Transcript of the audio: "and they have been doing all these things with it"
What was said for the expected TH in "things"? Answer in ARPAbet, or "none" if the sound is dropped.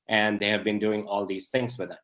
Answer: T